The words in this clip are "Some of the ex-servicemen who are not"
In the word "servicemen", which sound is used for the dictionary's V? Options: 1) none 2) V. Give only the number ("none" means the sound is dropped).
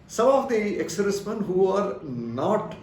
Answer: 1